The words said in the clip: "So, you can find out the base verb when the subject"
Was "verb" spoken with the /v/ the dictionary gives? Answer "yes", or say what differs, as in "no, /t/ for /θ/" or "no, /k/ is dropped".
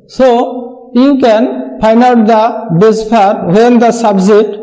no, /p/ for /v/